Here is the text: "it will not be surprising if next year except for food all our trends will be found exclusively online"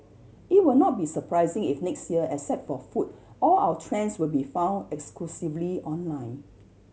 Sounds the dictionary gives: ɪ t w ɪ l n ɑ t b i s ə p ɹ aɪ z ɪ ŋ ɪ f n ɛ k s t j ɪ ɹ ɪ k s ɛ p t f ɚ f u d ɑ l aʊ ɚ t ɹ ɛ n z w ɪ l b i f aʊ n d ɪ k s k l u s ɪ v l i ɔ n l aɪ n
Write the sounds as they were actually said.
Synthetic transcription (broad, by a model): ɪ t w ɪ l n ɑ t b i s ə p ɹ aɪ z ɪ ŋ ɪ f n ɛ k s t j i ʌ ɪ s ɛ t f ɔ f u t ɑ l aʊ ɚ t ɹ ɛ n s w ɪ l b i f aʊ n d ɪ k s k l u s ɪ v l i ɔ n l aɪ n